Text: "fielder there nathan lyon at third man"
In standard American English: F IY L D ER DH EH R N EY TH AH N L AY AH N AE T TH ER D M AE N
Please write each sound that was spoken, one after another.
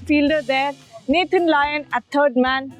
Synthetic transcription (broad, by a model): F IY L D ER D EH R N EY T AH N L AY AH N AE T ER D M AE N